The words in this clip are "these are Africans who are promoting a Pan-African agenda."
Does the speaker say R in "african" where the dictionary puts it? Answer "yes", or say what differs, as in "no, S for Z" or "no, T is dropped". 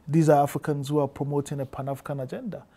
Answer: no, R is dropped